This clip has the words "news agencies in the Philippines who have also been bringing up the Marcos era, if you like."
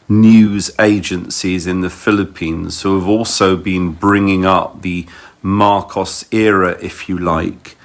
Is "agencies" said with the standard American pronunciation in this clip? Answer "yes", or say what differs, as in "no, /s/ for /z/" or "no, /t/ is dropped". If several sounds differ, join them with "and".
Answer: yes